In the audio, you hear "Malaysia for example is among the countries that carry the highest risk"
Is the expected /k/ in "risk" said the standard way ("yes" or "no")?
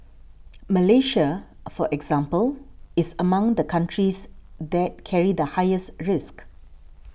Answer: yes